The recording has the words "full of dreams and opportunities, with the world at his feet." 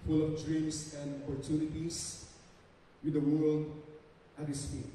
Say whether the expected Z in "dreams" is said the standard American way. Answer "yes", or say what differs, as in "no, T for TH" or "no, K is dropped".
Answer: no, S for Z